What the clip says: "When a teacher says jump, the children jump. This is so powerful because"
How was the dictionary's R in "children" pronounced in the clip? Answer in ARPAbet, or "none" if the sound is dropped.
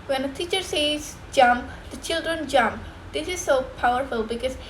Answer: R